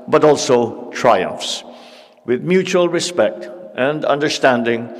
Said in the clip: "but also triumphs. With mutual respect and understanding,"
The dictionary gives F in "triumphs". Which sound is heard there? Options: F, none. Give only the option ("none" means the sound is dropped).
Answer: F